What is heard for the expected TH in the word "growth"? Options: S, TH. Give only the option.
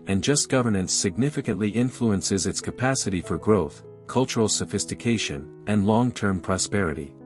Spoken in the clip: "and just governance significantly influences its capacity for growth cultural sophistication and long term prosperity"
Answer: TH